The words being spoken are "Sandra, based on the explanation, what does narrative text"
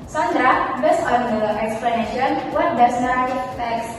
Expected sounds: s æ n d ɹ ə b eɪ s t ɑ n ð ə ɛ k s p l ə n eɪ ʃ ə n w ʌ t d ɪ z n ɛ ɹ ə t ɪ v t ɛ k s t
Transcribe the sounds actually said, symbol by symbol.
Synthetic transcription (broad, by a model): s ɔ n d ɹ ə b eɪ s ɑ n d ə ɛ k s p l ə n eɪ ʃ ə n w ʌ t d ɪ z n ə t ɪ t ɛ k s